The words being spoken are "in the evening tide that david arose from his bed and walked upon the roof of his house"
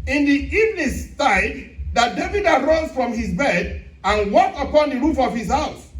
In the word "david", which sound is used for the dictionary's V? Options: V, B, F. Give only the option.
V